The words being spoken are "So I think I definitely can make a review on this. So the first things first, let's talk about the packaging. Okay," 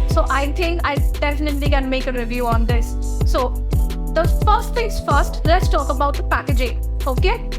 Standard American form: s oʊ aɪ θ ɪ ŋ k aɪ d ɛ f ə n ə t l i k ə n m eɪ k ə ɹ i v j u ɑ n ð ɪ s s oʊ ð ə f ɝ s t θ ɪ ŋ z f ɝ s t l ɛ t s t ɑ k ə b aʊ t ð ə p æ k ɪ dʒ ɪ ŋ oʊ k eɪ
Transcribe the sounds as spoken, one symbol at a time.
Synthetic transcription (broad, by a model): s oʊ aɪ t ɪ ŋ k aɪ d ɛ f ə n ə t l i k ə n m eɪ k ə ɹ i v j u ɑ n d ɪ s s oʊ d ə f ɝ s t t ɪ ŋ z f ɝ s t l ɛ t s t ɑ k ə b aʊ t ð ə p æ k ɪ dʒ ɪ ŋ oʊ k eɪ